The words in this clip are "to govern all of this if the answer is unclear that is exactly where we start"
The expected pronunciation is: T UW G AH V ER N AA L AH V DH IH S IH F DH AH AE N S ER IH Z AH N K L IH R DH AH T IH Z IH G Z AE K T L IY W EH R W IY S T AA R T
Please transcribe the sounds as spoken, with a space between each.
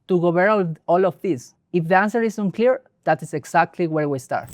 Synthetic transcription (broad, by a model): T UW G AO B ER AA L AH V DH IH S IH F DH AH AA N S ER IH S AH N K L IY R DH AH T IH S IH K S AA K T L IY W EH R W IY S T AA R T